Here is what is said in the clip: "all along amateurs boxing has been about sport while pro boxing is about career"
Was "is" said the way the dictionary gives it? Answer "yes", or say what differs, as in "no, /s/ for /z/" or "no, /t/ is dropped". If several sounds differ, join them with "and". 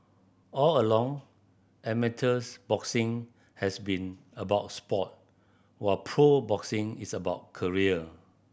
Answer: no, /s/ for /z/